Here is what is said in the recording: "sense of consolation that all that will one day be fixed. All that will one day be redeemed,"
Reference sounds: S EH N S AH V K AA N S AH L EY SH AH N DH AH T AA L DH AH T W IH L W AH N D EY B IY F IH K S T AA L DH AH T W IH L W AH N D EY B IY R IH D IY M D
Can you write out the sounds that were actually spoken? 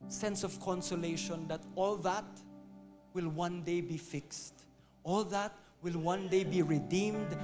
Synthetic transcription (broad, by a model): S EH N S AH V K AA N S AH L EY SH AH N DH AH T AA L DH AH T W IH L W AH N D EY B IY F IH K S T AA L DH AH T W IH L W AH N D EY B IY R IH D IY M D